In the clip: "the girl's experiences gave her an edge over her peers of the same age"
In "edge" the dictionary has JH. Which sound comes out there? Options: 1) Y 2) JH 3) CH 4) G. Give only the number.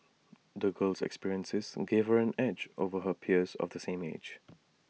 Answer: 2